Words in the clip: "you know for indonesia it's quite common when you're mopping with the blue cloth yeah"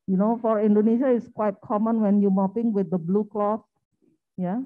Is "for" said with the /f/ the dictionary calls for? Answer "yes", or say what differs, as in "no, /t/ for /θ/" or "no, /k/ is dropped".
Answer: yes